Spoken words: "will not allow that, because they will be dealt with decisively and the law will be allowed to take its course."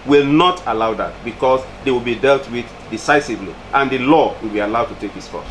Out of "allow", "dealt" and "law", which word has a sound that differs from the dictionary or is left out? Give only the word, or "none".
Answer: none